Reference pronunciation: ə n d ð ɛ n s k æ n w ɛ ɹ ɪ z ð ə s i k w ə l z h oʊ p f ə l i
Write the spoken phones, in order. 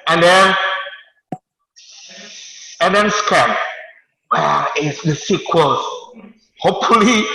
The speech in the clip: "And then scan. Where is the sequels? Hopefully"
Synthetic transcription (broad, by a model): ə n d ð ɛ n s k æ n w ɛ l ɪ s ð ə s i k w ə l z h oʊ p f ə l i